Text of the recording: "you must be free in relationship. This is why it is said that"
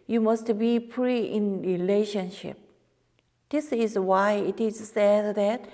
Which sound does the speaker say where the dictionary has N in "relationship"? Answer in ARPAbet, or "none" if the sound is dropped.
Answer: N